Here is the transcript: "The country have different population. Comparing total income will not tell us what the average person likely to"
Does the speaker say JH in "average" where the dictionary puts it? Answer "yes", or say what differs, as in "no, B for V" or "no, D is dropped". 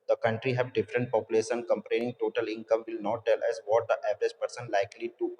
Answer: yes